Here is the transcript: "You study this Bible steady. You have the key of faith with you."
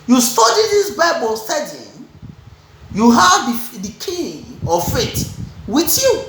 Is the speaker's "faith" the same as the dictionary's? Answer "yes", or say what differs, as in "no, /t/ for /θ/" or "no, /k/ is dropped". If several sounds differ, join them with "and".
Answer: no, /t/ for /θ/